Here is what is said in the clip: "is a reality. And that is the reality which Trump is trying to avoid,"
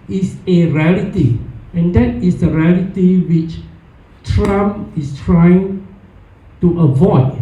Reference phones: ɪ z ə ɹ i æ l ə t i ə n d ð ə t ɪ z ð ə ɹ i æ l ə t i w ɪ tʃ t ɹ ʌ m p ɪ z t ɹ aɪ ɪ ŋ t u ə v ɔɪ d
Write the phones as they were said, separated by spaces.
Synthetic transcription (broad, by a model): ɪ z ə ɹ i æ l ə t i ə n d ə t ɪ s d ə ɹ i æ l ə t i w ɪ tʃ t ɹ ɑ m ɪ s t ɹ aɪ ɪ ŋ t u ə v ɔɪ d